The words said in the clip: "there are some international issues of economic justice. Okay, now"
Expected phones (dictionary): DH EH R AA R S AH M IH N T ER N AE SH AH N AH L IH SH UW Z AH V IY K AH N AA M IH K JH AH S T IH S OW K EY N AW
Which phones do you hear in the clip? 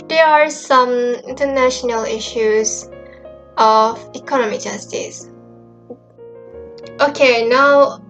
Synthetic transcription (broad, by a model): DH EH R AA R S AH M IH N T ER N AE SH AH N AH L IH SH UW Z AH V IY K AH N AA M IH JH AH S T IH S OW K EY N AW